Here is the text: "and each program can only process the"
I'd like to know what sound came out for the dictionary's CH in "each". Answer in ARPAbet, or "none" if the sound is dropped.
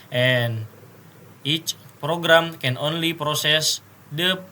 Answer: CH